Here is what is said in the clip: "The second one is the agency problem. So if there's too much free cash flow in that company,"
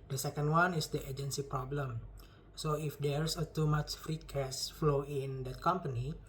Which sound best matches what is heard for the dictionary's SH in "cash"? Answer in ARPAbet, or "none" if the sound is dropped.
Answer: S